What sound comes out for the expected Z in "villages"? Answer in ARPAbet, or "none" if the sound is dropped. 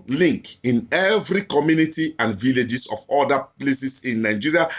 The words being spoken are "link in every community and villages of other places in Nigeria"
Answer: S